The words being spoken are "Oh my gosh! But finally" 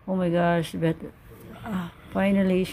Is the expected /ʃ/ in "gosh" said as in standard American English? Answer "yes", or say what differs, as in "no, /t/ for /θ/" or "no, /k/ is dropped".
no, /s/ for /ʃ/